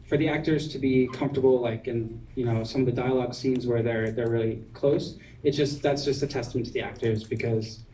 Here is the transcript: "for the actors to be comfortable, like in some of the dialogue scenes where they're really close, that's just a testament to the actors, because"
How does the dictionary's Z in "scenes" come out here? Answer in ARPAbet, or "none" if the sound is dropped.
Z